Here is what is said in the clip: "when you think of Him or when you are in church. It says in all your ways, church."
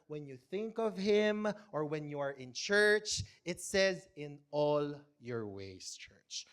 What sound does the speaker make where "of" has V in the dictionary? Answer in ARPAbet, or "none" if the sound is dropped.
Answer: V